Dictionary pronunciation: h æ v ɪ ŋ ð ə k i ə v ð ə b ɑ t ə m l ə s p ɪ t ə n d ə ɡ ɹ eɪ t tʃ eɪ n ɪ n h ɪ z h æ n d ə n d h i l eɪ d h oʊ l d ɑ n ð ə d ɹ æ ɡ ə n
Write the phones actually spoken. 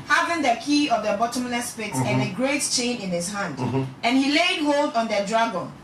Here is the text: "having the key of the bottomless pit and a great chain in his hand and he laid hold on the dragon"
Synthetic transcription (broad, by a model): h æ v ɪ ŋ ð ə k i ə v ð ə b ɑ t ə m l ə s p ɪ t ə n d ə ɡ ɹ eɪ t tʃ eɪ n ɪ n h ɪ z h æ n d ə n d h i l eɪ d h oʊ l d ɑ n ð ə d ɹ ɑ ɡ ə n